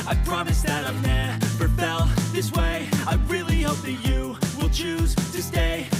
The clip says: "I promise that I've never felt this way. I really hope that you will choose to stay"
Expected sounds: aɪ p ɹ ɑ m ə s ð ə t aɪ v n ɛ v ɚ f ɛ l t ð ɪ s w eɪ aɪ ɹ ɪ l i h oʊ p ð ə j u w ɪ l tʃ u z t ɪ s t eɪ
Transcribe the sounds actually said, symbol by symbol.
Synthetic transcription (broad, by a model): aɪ p ɹ ɑ m ə s ð ə t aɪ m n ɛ p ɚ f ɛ l ð ɪ s w eɪ aɪ ɹ ɪ l i h oʊ p ð ə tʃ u w ɪ l tʃ u z t ɪ s t eɪ